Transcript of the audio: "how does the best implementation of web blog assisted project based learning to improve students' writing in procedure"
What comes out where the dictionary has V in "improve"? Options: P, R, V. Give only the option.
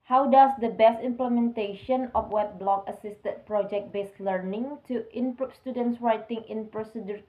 P